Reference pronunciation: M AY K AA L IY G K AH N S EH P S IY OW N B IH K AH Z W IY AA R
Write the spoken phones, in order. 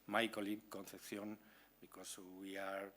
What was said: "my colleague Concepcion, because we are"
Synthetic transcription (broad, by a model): M AY K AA L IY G K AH N TH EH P TH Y OW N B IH K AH S W IY AA R